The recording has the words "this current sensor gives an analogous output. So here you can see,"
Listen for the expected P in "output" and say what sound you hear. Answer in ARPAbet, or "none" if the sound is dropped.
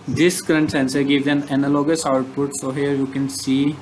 P